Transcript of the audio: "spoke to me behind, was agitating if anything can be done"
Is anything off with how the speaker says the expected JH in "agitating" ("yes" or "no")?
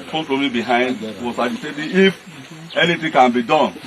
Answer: yes